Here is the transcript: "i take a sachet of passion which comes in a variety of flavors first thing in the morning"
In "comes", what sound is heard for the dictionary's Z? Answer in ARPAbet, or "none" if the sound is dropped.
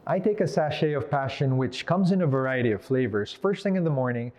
Z